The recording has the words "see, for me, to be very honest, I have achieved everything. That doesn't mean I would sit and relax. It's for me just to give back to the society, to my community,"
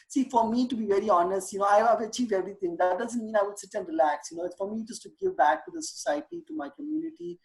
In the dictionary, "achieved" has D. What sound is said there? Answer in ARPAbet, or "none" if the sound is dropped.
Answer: none